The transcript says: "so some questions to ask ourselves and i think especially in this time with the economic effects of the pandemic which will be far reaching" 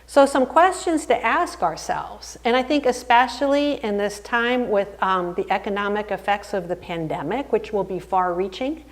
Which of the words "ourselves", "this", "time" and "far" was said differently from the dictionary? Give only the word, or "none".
none